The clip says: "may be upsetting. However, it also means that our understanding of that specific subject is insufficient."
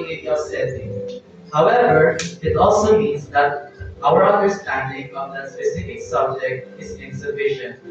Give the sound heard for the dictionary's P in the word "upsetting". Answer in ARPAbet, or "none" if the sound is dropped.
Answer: none